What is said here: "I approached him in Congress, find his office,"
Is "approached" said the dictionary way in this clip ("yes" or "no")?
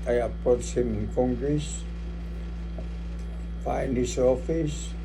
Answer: no